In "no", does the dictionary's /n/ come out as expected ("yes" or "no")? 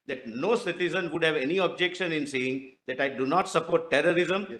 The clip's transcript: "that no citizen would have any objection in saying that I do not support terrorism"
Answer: yes